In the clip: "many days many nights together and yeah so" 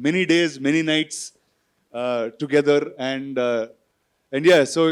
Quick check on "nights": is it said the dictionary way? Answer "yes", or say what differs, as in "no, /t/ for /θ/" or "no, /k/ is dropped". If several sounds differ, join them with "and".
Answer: yes